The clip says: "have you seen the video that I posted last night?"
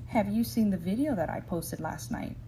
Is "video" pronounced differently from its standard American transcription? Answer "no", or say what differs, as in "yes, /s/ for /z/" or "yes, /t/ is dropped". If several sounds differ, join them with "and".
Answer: no